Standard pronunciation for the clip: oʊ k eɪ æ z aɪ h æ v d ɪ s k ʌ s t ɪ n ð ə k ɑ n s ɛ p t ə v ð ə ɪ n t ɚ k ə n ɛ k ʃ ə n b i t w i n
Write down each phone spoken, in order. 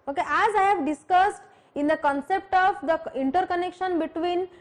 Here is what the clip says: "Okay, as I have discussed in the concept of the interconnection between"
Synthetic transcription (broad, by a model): oʊ k eɪ æ z aɪ h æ v d ɪ s k ʌ s t ɪ n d ə k ɑ n s ɛ p t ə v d ə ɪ n t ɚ k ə n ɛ k ʃ ə n b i t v i n